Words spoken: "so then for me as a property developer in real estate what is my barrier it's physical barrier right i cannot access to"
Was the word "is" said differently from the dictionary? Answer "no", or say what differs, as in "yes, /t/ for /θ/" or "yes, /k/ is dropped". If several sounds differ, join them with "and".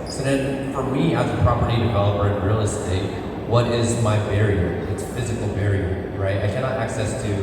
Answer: no